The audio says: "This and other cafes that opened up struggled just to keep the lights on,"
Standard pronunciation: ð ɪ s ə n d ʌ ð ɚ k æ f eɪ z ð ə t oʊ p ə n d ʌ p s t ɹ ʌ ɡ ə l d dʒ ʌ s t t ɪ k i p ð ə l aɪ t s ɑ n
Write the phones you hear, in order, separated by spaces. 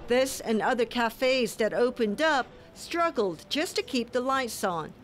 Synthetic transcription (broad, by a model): ð ɪ s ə n ʌ ð ɚ k æ f eɪ z ð ə t oʊ p ə n d ʌ p s t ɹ ʌ ɡ l d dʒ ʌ s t t ɪ k i p ð ə l aɪ t s n